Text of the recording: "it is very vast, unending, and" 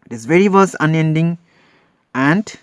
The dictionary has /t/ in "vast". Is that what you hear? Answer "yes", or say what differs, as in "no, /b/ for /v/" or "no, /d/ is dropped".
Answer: no, /t/ is dropped